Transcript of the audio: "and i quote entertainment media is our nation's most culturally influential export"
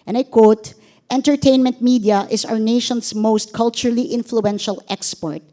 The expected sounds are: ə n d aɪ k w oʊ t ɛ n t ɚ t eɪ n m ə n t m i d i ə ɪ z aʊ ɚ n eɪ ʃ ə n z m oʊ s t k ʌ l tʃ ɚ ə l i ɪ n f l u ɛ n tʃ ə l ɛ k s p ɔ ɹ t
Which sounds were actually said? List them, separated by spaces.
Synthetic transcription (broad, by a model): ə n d aɪ k w oʊ t ɛ n t ɚ t eɪ n m ə n t m i d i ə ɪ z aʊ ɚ n eɪ ʃ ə n s m oʊ s t k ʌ l tʃ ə l i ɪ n f l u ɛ n ʃ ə l ɛ k s p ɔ ɹ t